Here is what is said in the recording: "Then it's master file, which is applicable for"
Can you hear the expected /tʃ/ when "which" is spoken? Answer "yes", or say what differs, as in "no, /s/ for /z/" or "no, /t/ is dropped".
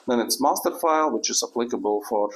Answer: yes